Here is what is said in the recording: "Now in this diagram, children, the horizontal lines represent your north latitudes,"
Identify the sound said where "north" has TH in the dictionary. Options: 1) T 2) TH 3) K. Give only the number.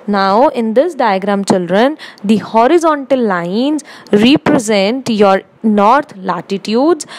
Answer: 1